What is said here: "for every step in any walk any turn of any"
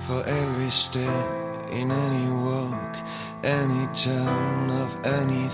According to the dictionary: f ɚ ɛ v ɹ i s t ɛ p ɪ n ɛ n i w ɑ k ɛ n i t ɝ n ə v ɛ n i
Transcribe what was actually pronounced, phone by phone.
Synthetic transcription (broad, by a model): f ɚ ɛ v ɹ i s t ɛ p ɪ n ɛ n i w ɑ k ɛ n i t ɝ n ə v ɛ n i